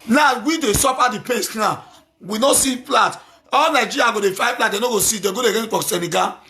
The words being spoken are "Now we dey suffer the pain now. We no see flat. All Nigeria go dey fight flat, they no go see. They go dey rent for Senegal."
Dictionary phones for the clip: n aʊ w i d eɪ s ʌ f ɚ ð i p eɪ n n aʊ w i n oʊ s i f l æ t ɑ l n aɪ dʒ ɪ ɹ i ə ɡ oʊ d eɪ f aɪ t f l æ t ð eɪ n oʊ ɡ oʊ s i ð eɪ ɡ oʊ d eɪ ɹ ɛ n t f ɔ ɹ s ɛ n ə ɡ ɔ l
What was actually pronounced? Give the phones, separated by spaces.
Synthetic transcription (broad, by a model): n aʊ w i d eɪ s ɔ p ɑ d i p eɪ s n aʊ w i n oʊ s i p l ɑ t ɑ l n aɪ dʒ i ɹ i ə ɡ oʊ d eɪ f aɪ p l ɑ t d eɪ n oʊ ɡ oʊ s i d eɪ ɡ oʊ d eɪ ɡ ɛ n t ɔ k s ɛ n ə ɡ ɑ